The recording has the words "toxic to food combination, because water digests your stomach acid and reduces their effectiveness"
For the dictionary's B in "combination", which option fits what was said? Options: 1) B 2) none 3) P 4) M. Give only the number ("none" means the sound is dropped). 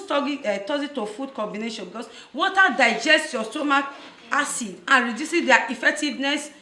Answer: 1